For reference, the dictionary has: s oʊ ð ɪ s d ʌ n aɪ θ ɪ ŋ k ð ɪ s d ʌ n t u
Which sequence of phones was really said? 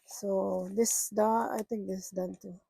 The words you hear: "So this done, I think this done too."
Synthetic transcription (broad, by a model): s oʊ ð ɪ s d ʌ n aɪ t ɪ ŋ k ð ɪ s d ʌ n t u